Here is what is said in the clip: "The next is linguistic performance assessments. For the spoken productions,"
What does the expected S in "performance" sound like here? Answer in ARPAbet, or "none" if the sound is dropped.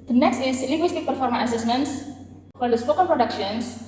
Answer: none